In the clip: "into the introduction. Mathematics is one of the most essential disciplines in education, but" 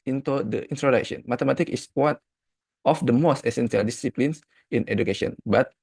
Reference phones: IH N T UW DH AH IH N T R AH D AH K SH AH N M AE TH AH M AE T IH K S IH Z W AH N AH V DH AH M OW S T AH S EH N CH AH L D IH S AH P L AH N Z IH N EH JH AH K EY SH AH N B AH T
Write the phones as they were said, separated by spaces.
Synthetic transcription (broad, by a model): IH N T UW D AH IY N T R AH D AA K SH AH N M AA T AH M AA T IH K IH S W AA N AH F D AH M OW S T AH S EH N S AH L D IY S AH P L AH N S IH N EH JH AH K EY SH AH N B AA T